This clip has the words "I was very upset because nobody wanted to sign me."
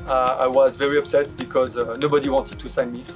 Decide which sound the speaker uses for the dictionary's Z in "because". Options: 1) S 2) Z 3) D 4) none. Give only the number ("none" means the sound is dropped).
2